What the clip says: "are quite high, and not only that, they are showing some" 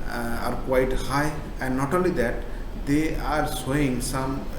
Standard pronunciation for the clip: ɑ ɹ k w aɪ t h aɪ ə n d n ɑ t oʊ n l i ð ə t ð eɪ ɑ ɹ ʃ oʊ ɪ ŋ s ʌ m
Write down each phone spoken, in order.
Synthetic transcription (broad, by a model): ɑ ɹ k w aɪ t h aɪ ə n d n ɑ t oʊ n l i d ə t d eɪ ɑ ɹ s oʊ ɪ ŋ s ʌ m